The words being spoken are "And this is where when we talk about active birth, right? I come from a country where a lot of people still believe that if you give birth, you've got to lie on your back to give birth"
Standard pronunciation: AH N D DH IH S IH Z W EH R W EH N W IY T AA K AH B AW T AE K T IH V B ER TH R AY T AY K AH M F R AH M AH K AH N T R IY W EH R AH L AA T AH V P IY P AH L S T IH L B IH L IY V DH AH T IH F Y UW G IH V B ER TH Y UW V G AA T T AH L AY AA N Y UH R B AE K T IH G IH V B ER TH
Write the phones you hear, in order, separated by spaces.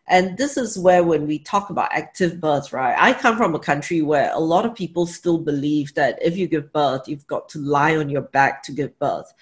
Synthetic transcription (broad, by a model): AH N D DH IH S IH Z W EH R W EH N W IY T AA K AH B AW T AE K T IH V B ER TH R AY T AY K AH M F R AH M AH K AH N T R IY W EH R AH L AA T AH V P IY P AH L S T IH L B IH L IY V DH AH T IH F Y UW G IH V B ER TH Y UW V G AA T T AH L AY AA N Y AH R B AE K T IH G IH V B ER TH